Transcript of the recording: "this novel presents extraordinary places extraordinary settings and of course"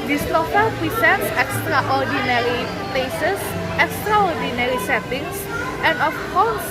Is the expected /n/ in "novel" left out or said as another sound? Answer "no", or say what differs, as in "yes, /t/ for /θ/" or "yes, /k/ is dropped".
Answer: yes, /l/ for /n/